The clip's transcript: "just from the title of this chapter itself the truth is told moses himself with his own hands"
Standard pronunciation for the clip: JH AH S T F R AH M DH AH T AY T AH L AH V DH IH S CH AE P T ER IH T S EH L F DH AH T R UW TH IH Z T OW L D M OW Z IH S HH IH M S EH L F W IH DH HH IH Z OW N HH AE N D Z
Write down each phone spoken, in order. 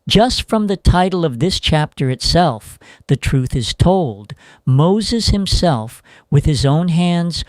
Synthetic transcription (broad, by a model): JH AH S T F R AH M DH AH T AY T L AH V DH IH S CH AE P T ER IH T S EH L F DH AH T R UW TH IH Z T OW L D M OW Z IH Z HH IH M S EH L F W IH DH IH Z OW N HH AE N D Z